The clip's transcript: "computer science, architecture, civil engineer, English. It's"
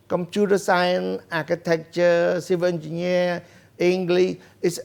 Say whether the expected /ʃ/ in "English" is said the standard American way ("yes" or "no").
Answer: no